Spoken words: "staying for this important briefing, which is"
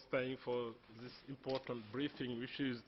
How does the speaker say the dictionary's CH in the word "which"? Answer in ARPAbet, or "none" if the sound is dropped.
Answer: SH